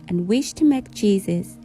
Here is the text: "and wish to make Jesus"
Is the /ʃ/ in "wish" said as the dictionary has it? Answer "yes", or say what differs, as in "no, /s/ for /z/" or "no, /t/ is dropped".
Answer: yes